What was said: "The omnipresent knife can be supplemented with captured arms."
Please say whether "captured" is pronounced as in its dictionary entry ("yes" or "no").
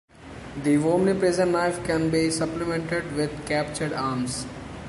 yes